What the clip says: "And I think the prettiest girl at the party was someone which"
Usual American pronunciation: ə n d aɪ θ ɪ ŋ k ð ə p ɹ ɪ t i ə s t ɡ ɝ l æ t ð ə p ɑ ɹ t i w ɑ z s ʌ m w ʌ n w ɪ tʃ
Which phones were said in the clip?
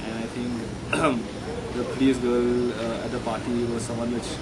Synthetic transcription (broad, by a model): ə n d aɪ t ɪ ŋ k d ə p ɔ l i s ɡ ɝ l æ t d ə p ɑ t i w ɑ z s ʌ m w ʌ n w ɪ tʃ